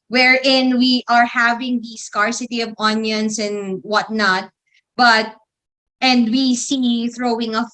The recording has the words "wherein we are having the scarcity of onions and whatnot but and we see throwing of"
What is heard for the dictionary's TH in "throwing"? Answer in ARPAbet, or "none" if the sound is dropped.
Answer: TH